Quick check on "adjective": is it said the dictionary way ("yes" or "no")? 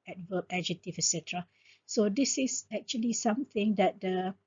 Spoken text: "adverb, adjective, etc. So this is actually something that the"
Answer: no